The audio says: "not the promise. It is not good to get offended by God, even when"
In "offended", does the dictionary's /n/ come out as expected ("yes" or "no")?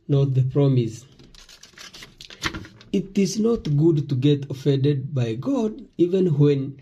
yes